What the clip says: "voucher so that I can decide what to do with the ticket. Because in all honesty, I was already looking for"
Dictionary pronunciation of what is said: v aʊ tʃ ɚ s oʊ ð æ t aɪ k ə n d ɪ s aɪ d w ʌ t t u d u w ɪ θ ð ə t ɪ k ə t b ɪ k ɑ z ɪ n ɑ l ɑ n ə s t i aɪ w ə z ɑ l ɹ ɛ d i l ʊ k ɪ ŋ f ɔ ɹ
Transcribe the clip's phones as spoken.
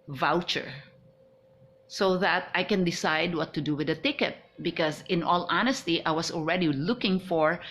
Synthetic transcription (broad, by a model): v aʊ tʃ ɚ s oʊ ð æ t aɪ k ə n d ɪ s aɪ d w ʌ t t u d u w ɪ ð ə t ɪ k ə t b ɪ k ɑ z ɪ n ɑ l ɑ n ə s t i aɪ w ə s ɑ l ɹ ɛ d i l ʊ k ɪ ŋ f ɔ ɹ